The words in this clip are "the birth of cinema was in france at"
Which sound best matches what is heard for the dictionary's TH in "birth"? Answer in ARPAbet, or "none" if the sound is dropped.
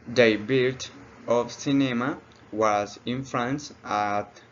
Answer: T